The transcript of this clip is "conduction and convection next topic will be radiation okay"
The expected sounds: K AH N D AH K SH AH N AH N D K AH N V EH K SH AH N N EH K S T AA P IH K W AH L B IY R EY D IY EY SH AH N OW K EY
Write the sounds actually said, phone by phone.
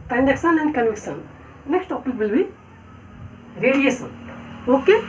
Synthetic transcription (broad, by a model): K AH N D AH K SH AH N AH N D K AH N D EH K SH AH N N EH K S T AA P IH K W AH L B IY R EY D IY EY S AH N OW K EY